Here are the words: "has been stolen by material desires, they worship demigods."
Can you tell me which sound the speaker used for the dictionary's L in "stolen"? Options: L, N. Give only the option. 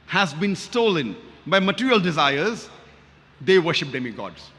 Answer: L